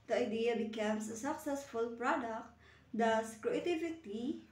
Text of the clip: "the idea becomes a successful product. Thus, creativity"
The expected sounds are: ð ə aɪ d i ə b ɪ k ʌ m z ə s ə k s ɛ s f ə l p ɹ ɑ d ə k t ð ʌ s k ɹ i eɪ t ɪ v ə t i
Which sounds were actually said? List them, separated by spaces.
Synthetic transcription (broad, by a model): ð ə aɪ d i ə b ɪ k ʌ m s ə s ə k s ɛ s f ə l p ɹ ɑ d ə k t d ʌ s k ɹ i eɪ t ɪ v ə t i